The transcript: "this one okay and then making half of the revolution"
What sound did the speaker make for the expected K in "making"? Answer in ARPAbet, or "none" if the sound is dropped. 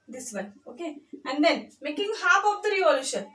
K